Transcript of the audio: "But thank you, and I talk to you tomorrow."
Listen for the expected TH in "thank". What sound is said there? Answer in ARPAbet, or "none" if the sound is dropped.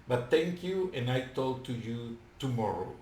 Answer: T